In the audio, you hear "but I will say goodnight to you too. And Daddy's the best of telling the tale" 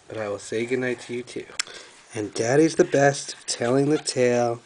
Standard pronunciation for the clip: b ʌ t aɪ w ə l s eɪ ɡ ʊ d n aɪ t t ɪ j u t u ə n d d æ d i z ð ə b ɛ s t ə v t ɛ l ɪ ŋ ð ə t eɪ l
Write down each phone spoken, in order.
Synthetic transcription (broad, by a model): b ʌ t aɪ w ə l s eɪ ɡ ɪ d n aɪ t t ɪ j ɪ t u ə n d d æ d i z ð ə b ɛ s t ə v t ɛ l ɪ ŋ ð ə t eɪ l